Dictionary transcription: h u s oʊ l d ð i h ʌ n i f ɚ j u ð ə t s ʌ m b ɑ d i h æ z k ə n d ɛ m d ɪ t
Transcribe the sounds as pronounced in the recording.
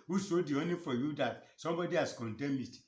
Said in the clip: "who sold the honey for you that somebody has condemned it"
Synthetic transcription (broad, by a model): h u s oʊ d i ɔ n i f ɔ j u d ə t s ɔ m b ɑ d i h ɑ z k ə n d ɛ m ɪ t